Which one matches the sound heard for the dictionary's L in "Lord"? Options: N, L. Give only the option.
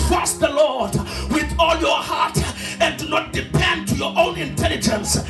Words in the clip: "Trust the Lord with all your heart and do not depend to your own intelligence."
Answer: L